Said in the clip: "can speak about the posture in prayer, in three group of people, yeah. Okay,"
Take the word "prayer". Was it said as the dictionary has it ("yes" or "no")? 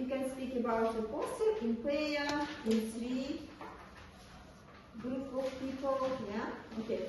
no